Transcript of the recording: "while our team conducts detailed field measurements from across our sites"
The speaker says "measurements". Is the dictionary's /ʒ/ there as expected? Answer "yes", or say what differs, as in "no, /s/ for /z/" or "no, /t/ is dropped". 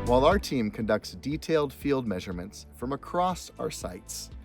yes